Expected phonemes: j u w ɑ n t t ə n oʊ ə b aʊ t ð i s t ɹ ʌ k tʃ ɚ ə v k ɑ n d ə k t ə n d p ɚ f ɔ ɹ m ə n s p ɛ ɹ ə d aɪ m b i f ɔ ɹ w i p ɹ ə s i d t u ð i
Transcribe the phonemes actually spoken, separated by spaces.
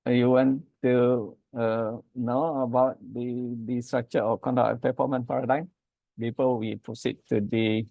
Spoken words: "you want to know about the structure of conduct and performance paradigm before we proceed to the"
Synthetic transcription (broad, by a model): j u w ɑ n t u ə n oʊ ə b aʊ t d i s t ɹ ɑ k tʃ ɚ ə k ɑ n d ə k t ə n p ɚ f ɔ m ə n p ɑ ɹ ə d aɪ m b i p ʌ l w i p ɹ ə s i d t u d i